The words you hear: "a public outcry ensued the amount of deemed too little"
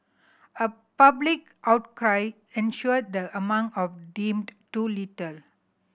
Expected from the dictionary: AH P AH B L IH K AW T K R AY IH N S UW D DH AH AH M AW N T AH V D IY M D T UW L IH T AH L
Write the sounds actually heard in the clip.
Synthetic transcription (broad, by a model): AH P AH B L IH K AW T K R AY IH N SH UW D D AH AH M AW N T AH F D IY M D T UW L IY T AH L